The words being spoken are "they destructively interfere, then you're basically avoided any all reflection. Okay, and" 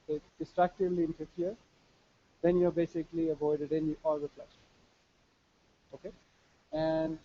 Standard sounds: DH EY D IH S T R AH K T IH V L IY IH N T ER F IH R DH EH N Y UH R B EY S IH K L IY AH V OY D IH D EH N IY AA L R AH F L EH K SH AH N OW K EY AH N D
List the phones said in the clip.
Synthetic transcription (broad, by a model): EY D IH S T R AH K T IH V L IY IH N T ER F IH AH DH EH N Y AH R B EY S IH K L IY AH V OY D IH D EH N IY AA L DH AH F L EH SH OW K EY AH N D